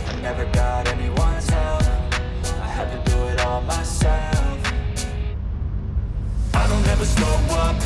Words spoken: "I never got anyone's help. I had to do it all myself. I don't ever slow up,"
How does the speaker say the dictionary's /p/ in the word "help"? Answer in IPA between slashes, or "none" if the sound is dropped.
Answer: none